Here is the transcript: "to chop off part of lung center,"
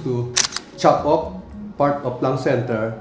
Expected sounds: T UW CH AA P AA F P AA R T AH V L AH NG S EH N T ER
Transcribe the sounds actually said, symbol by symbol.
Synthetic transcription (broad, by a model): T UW CH AA P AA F P AA R T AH P L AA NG S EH N T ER